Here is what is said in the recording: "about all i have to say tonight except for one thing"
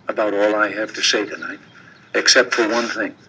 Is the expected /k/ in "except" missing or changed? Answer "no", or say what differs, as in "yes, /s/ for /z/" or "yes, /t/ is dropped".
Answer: no